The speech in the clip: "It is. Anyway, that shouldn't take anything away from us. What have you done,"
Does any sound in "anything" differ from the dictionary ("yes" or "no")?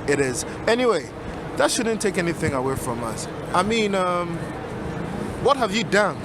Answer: no